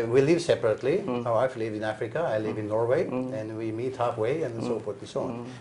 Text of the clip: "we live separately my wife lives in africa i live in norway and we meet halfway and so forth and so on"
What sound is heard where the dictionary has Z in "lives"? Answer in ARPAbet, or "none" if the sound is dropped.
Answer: none